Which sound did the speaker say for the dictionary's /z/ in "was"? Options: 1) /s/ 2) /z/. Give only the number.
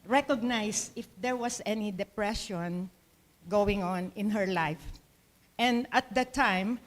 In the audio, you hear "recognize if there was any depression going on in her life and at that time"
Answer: 1